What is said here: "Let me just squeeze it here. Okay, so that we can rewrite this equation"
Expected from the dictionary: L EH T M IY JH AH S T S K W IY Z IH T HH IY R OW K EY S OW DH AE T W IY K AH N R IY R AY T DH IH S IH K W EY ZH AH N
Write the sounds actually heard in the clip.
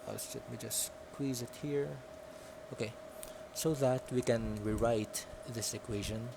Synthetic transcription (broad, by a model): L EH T M IY JH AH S S K W IY Z IH T HH IY R OW K EY S OW DH AE T W IY K AH N R IY R AY T DH IH S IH K W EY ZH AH N